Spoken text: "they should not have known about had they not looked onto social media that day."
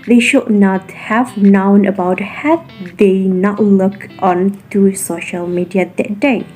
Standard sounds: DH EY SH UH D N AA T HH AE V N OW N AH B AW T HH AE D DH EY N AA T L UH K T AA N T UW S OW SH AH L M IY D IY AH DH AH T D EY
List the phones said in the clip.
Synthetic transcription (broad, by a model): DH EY SH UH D N AA T HH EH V N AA N AH B AW T HH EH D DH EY N AA T L UH K T AA N T UW S OW SH AH L M IY D IY AH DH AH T D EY